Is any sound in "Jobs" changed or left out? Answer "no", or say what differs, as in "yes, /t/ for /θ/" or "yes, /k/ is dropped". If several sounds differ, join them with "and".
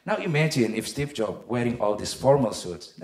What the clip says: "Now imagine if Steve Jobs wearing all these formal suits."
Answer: yes, /z/ is dropped